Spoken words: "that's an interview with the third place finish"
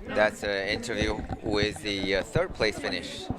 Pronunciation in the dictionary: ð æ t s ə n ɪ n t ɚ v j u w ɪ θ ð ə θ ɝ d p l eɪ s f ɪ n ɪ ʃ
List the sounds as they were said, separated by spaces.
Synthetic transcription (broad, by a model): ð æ t s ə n ɪ n t ɚ v j u w ɪ ð ə θ ɝ d p l eɪ s f ɪ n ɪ ʃ